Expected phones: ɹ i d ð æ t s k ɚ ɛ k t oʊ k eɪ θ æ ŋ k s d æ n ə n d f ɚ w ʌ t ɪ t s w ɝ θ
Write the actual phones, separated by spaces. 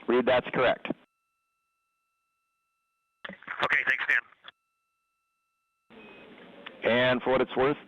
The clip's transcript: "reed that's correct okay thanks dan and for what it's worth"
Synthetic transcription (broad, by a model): ɹ i d ð æ t s k ɚ ɛ k t oʊ k eɪ θ æ ŋ k s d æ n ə n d f ɚ w ʌ t ɪ t s w ɝ θ